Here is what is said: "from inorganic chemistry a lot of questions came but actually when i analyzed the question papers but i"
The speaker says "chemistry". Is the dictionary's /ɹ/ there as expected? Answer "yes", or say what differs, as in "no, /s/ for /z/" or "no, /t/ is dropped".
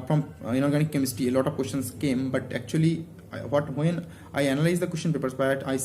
no, /ɹ/ is dropped